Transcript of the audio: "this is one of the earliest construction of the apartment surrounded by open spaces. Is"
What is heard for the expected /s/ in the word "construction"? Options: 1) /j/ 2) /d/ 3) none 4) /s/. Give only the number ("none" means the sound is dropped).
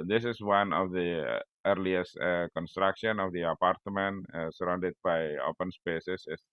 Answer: 4